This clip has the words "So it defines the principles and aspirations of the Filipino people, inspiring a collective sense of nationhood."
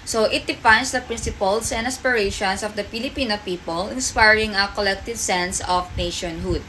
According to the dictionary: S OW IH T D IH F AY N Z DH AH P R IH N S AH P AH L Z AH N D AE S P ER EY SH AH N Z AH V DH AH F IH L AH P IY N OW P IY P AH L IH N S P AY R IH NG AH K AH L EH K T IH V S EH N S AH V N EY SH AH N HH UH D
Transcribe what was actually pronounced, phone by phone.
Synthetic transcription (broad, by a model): S OW IH T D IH F AY N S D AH P R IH N S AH P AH L S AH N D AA S P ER EY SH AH N S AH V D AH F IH L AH P IY N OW P IY P AH L IH N S P AY R IH NG AH K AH L EH K T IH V S EH N S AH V N EY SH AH N HH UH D